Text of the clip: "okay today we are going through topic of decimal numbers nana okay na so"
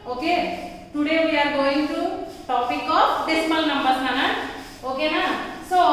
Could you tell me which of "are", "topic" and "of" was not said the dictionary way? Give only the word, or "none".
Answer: of